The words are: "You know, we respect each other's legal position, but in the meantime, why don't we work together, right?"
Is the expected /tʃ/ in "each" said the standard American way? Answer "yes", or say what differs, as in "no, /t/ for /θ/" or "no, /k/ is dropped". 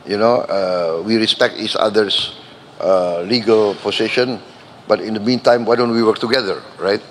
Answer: no, /s/ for /tʃ/